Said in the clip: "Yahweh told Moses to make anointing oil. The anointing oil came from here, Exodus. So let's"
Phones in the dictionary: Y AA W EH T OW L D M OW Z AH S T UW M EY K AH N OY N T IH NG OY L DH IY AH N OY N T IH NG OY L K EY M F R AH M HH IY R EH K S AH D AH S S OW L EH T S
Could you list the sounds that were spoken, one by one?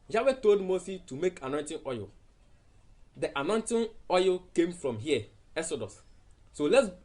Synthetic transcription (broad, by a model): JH AA W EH T OW L D M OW S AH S T UW M EY K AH N OY N T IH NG OY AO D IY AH N OY N T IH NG OY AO K EY M F R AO M HH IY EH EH S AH D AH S S OW L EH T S